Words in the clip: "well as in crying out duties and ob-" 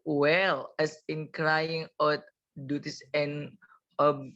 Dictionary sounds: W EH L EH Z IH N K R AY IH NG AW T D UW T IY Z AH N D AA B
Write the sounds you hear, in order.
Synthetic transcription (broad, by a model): W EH L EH S IH N K R AY IH NG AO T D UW T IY S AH N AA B